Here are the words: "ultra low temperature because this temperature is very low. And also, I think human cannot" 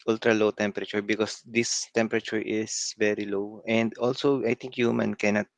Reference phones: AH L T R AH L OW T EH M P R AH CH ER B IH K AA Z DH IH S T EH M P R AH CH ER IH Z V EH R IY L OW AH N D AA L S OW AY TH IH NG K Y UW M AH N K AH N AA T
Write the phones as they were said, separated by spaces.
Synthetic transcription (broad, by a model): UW L T R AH L OW T EH M P R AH CH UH B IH K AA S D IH S T EH M P R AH CH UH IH S V EH R IY L OW AH N D AA L S OW AY T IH NG K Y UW M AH N K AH N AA T